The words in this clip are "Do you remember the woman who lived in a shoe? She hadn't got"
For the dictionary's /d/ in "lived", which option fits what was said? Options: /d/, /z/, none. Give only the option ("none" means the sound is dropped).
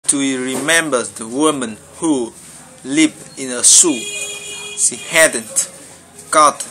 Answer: none